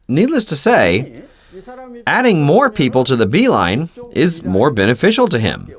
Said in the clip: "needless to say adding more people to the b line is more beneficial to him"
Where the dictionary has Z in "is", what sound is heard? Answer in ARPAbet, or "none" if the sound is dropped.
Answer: Z